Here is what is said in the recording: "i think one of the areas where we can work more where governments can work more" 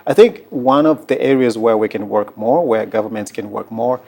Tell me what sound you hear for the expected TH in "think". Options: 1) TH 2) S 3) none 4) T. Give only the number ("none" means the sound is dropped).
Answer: 1